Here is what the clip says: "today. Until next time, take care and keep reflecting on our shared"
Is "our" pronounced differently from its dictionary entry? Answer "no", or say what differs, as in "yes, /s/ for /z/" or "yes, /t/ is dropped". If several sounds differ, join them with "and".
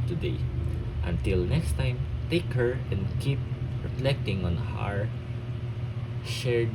no